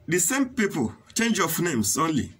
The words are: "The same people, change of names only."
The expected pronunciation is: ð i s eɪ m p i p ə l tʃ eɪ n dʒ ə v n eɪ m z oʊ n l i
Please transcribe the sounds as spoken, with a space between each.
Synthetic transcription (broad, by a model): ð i s eɪ m p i p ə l tʃ eɪ n dʒ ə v n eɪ m s oʊ n l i